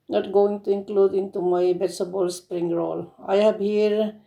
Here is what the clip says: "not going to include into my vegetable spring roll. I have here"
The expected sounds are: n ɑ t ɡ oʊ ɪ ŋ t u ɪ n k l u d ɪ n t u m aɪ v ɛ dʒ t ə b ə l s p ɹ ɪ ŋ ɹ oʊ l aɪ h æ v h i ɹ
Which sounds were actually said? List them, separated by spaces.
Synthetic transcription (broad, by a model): n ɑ t ɡ oʊ ɪ ŋ t u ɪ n k l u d ɪ n t u m aɪ b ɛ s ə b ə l s p ɹ ɪ ŋ ɹ oʊ l aɪ h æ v h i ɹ